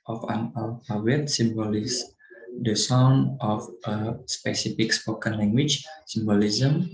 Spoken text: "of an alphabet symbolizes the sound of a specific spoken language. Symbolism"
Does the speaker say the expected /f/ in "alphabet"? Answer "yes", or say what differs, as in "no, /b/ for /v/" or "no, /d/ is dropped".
no, /f/ is dropped